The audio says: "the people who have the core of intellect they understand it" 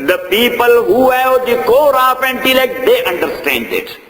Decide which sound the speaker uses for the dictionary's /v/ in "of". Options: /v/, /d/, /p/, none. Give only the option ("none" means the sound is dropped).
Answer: /p/